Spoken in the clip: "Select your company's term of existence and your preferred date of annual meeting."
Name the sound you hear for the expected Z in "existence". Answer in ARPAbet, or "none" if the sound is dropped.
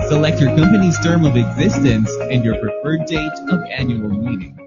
Z